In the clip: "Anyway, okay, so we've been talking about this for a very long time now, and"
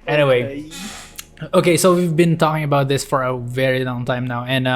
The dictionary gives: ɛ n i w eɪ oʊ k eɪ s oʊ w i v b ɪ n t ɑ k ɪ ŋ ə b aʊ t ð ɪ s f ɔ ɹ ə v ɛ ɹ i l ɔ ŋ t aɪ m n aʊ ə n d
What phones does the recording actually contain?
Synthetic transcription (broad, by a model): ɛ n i w eɪ oʊ k eɪ s oʊ w i v b ɪ n t ɑ k ɪ ŋ ə b aʊ t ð ɪ s f ɔ ɹ ə v ɛ ɹ i l ɔ ŋ t aɪ m n aʊ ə n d